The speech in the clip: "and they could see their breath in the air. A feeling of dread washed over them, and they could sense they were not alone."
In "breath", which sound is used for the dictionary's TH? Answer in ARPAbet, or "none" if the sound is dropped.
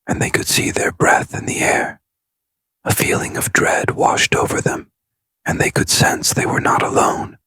TH